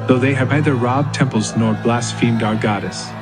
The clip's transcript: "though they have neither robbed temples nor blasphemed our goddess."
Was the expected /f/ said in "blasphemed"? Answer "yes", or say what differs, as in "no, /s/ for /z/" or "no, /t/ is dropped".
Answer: yes